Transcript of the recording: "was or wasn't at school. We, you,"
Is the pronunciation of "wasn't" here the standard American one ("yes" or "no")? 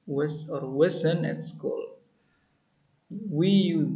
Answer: no